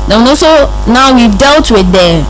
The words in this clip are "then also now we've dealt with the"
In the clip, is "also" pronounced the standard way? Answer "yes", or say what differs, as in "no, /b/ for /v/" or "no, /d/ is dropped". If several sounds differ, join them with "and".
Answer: no, /l/ is dropped